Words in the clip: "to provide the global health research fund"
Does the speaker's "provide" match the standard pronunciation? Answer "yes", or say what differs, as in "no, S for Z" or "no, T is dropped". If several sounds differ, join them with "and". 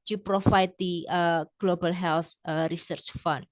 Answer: no, F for V